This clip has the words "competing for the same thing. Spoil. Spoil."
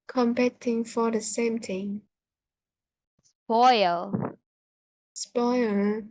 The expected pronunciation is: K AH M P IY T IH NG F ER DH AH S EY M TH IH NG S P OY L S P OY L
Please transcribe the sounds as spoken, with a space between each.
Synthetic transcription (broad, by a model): K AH M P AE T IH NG F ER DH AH S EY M T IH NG S P OY L S P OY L